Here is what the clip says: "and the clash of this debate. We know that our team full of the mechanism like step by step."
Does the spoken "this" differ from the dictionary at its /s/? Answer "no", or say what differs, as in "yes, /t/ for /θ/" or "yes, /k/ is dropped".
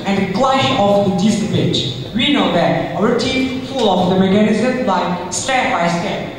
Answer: yes, /s/ is dropped